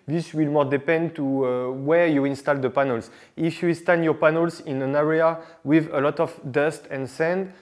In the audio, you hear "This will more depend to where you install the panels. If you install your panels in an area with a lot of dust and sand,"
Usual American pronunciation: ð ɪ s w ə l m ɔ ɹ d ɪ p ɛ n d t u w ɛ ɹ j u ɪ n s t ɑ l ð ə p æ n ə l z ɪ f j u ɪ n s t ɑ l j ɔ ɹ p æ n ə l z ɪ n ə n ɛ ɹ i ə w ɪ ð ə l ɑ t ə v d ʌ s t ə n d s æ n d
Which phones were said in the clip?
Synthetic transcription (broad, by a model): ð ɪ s w ə l m ɔ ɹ d ɪ p ɛ n d t u w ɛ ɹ j u ɪ n s t ɑ l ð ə p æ n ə l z ɪ f j u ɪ s t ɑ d j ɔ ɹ p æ n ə l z ɪ n ə n ɛ ɹ i ə w ɪ ð ə l ɑ t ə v d ʌ s t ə n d s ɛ n d